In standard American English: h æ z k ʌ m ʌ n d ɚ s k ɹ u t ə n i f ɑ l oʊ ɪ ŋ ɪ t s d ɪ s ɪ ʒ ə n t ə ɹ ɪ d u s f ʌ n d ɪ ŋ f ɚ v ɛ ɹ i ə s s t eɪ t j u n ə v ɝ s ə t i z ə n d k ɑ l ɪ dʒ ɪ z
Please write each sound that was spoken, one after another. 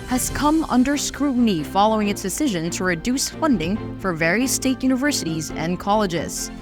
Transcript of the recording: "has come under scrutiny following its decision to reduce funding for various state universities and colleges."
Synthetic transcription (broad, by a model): h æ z k ʌ m ʌ n d ɚ s k ɹ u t n i f ɑ l oʊ ɪ ŋ ɪ t s d ɪ s ɪ ʒ ə n t ə ɹ ɪ d u s f ʌ n d ɪ ŋ f ɚ v ɛ ɹ i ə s s t eɪ t j u n ə v ɝ s ə t i z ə n k ɑ l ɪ dʒ ɪ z